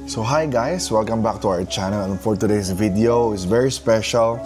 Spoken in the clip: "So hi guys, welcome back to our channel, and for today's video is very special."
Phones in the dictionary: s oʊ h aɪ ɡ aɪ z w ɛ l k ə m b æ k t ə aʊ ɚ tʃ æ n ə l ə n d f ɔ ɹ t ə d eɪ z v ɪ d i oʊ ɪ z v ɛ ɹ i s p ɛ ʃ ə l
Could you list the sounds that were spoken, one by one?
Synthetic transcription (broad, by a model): s oʊ h aɪ ɡ aɪ s w ɛ l k ə m b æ k t ə aʊ ɚ tʃ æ n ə l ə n f ɔ ɹ t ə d eɪ s v ɪ d i oʊ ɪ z v ɛ ɹ i s p ɛ ʃ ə l